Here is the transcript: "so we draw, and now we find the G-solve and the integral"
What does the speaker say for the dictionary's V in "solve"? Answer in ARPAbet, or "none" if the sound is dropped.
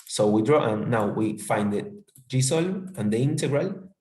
none